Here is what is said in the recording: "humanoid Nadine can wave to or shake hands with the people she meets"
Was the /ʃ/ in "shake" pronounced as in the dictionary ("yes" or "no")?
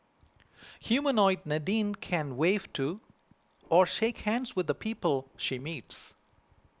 yes